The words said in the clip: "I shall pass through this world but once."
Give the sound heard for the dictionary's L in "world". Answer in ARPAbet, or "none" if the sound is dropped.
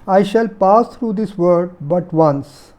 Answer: none